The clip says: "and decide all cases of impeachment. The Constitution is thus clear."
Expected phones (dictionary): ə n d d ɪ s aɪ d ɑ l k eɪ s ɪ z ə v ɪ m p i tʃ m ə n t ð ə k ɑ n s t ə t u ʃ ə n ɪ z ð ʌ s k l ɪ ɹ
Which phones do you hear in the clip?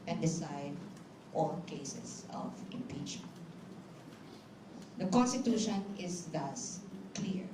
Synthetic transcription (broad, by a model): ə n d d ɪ s aɪ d ɑ l k eɪ s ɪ s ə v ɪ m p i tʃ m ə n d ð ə k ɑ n s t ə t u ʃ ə n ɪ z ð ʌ s k l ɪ ɹ